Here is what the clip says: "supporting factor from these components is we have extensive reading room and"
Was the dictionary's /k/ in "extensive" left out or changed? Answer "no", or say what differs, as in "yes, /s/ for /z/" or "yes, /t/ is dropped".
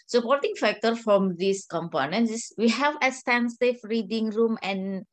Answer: yes, /k/ is dropped